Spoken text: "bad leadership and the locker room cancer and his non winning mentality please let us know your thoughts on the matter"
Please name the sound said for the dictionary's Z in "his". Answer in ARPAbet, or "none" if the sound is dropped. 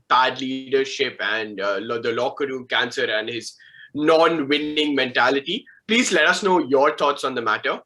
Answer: Z